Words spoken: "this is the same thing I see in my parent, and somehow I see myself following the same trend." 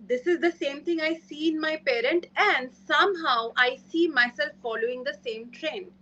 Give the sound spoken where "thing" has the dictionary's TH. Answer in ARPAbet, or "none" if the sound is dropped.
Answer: T